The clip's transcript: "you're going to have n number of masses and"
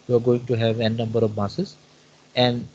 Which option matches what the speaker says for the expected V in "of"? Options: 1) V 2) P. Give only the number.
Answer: 1